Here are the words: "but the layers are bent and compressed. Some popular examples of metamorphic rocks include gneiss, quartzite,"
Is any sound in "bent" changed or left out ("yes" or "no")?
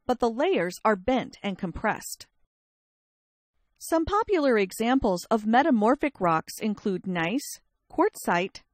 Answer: no